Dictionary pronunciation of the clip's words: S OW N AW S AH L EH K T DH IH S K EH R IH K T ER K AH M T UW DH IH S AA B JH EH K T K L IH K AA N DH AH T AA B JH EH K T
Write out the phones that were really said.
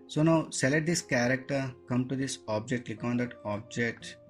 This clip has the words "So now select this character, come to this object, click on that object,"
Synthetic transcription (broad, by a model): S OW N AW S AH L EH T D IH S K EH R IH K T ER K AH M T UW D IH S AA B JH EH K T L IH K AA N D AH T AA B JH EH K T